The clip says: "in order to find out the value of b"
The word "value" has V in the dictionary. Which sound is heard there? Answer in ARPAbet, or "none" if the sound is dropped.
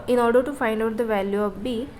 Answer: V